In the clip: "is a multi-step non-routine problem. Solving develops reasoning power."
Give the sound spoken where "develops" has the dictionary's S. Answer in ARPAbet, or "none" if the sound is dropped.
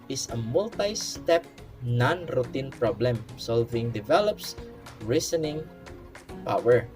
S